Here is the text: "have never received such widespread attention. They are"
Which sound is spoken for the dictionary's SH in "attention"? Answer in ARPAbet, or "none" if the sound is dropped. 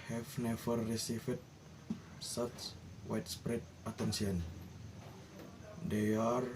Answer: S